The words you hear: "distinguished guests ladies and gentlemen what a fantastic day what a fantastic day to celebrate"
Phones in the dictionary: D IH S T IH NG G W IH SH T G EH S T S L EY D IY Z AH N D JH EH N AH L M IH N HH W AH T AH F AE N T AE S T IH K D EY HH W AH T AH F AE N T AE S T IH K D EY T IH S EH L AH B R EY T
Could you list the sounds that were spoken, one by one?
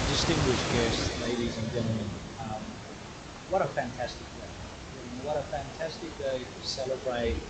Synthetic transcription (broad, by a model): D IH S T IH NG G W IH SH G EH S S L EY D IY Z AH N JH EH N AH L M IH N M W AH T AH F AE N T AE S T IH K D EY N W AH T AH F AE N T AE S T IH K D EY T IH S EH L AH B R EY T